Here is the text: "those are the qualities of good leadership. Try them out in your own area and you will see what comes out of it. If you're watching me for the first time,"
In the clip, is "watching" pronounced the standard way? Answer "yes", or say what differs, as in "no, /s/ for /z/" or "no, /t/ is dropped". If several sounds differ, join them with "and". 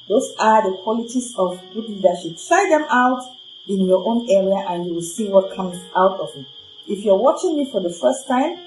yes